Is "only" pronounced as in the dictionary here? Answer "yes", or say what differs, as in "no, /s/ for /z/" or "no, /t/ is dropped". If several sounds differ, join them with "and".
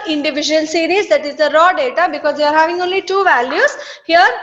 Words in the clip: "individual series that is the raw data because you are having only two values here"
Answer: yes